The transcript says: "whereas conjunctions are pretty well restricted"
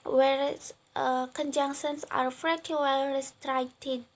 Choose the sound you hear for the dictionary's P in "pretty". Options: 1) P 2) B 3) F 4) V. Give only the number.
3